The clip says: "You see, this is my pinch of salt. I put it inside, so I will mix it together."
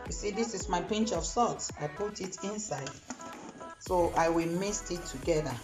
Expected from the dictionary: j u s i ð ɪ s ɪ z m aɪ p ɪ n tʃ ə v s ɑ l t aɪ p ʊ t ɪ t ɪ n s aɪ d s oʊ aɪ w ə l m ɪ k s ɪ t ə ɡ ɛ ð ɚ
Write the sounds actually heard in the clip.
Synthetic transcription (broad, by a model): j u s i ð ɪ s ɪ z m aɪ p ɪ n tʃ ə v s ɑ t aɪ p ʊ t ɪ t ɪ n s aɪ d s oʊ aɪ w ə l m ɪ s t ɪ t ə ɡ ɛ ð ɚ